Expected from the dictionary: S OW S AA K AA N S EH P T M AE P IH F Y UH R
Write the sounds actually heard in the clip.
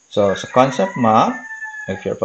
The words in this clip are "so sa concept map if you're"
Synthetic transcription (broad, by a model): S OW S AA K AA N S EH P T M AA IH F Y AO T